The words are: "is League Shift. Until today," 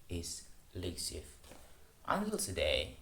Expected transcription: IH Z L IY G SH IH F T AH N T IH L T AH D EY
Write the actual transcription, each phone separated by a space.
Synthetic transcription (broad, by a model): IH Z L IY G S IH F T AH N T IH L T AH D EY